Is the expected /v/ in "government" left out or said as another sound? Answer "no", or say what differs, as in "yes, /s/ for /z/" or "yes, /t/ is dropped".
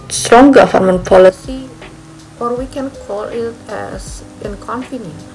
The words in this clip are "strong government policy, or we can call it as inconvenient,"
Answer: yes, /f/ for /v/